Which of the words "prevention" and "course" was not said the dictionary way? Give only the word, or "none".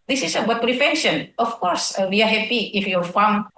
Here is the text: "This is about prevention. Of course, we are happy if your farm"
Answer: prevention